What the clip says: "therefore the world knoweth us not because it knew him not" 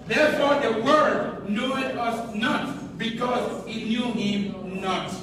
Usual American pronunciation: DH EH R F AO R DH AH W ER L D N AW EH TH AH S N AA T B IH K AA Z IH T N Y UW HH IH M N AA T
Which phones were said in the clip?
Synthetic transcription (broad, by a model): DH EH R F AO R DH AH W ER D N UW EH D AH S N AA T B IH K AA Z IH T N Y UW HH IH M N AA T